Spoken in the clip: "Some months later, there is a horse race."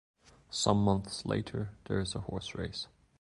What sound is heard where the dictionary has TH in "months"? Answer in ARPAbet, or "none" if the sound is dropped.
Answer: TH